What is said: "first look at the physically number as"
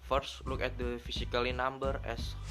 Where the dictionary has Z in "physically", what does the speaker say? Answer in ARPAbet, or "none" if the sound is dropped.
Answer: S